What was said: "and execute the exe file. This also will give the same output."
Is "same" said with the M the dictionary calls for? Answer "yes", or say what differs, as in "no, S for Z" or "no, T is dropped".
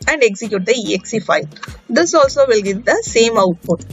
yes